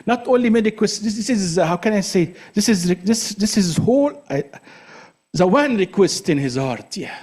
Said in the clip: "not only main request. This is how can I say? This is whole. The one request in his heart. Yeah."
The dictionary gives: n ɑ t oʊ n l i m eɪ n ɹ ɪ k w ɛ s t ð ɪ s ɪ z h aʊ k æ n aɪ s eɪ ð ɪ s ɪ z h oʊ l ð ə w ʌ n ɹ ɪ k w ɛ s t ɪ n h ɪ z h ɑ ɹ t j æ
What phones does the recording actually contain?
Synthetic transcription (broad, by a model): n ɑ t oʊ n l i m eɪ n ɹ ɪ k w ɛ s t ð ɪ s ɪ z h aʊ k æ n aɪ s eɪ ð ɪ s ɪ z h oʊ l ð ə w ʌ n ɹ ɪ k w ɛ s t ɪ n h ɪ z h ɑ ɹ t j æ